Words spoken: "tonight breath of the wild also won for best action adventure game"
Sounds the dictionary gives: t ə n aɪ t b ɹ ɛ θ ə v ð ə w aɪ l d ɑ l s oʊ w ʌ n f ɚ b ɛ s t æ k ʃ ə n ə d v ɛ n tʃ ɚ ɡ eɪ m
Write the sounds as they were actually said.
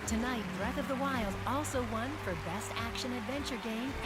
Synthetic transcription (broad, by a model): t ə n aɪ t b ɹ ɛ θ ə v ð ə w aɪ l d ɑ l s oʊ w ʌ n f ɚ b ɛ s t æ k ʃ ə n ə d v ɛ n tʃ ɚ ɡ eɪ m